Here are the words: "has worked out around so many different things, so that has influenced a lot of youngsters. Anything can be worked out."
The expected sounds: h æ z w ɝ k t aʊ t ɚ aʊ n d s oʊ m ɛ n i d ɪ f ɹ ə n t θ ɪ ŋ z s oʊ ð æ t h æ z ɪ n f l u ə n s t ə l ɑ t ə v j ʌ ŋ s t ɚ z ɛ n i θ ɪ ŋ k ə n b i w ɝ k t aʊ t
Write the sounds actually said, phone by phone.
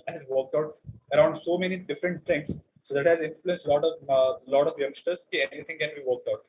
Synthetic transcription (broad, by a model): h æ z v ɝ k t aʊ t ɚ aʊ n d s oʊ m ɛ n i d ɪ f ɹ ə n t t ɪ ŋ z s oʊ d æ t h æ z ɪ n f l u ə n s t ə l ɑ t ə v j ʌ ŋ s t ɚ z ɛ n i t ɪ ŋ k ə n b i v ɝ k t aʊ t